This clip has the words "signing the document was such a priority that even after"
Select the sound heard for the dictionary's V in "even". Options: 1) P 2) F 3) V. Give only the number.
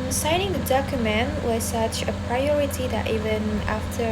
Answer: 3